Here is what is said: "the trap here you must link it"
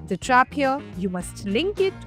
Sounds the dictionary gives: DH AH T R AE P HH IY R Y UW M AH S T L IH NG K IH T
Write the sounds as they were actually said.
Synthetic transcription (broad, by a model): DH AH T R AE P HH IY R Y UW M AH S T L IH NG K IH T